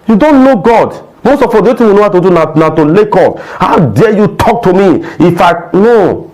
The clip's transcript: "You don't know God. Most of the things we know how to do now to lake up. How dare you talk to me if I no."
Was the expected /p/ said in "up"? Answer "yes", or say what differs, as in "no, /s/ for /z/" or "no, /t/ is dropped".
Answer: no, /f/ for /p/